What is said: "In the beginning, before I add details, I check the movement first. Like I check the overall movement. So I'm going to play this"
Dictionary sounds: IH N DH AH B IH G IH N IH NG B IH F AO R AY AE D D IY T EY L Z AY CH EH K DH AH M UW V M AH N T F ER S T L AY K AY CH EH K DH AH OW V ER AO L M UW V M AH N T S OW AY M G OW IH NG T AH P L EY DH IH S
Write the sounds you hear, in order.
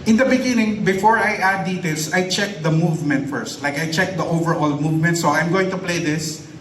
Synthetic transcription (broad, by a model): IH N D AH B IH G IH N IH NG B IH F AO R AY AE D D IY T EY L S AY CH EH K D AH M UW V M AH N T F ER S T L AY K AY CH EH K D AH OW V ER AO L M UW V M AH N T S OW AY M G OW IH NG T AH P L EY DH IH S